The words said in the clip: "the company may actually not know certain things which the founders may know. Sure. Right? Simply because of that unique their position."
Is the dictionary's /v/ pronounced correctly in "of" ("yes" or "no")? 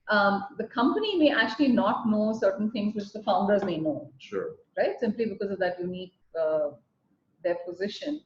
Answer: yes